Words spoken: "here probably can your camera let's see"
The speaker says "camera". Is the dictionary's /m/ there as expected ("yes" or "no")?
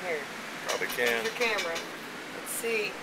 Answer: yes